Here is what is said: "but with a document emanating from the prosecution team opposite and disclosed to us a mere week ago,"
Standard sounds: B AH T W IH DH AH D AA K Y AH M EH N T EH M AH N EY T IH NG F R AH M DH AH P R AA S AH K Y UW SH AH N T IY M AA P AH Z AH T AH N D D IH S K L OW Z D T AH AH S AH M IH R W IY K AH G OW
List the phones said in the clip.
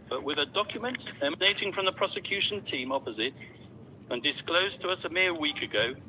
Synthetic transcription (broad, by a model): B AH T W IH DH AH D AA K Y AH M EH N T EH M AH N EY T IH NG F R AH M DH AH P R AA S AH K Y UW SH AH N T IY M AA P AH Z AH T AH N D D IH S K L OW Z T AH AH S AH M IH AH W IY K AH G OW